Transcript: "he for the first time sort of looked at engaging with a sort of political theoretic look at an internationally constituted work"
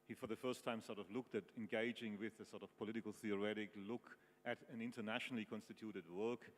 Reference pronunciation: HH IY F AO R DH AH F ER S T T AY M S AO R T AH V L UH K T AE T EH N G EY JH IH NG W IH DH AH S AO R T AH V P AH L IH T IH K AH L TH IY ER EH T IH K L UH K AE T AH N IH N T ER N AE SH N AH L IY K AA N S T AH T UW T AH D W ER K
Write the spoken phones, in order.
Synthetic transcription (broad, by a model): HH IY F AO R DH AH F ER S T T AY M S AO R T AH V L UH K T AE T EH N G EY JH IH NG W IH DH AH S AO R T AH V P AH L IH T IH K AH L TH IY ER EH T IH K L UH K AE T AH N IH N T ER N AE SH N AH L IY K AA N S T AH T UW T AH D W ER K